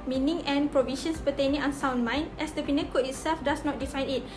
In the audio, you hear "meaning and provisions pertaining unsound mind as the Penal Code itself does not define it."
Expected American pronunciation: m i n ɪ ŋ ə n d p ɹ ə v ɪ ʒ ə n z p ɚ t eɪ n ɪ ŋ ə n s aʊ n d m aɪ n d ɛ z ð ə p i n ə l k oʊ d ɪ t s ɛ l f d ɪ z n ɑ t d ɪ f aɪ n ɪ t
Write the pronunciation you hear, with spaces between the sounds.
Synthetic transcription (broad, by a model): m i n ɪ ŋ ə n p ɹ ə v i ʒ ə n s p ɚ t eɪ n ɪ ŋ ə n s aʊ n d m aɪ n ɛ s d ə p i n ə k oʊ ɪ t s ɛ l f d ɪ s n ɑ t d ɪ f aɪ n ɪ t